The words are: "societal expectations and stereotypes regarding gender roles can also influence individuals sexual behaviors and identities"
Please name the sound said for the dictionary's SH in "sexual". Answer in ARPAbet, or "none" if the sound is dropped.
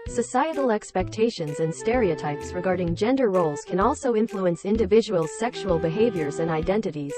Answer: SH